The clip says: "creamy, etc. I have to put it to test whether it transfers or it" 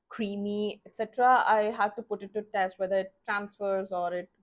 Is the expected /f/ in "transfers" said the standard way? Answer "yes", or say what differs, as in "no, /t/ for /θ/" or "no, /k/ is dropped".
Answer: yes